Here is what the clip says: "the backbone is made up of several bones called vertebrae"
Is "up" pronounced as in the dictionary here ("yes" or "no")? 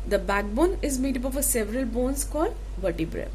no